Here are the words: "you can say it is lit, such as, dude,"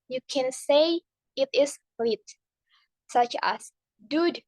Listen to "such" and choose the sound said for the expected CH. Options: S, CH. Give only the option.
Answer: CH